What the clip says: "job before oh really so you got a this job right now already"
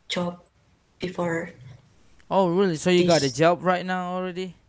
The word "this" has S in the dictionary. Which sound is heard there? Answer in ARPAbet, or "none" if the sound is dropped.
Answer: none